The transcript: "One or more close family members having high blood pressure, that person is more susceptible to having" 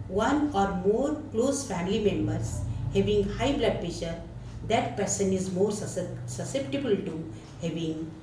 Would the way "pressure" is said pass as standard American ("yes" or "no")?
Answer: no